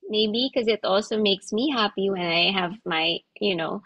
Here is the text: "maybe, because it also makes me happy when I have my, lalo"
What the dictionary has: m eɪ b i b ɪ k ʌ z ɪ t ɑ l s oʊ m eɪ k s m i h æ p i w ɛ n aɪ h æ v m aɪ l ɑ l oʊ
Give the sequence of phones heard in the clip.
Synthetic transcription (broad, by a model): m eɪ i b ɪ k ʌ z ɪ t ɑ l s oʊ m eɪ k s m i h æ p i w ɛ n aɪ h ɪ v m aɪ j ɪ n oʊ